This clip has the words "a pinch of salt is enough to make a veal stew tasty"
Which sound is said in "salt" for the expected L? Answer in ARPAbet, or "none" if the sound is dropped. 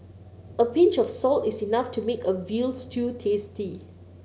L